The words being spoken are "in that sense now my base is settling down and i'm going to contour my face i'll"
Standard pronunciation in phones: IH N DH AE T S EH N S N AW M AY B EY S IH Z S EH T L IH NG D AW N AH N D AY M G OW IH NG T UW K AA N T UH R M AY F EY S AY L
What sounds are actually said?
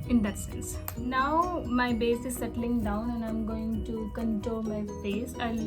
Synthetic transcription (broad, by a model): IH N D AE T S EH N S N AW M AY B EY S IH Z S EH T L IH NG D AW N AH N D AY M G OW IH NG T UW K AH N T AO L M AY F EY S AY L